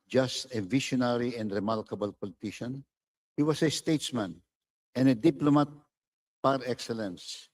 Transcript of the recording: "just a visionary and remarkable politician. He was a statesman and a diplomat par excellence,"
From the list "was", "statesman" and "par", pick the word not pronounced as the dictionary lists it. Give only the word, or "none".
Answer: was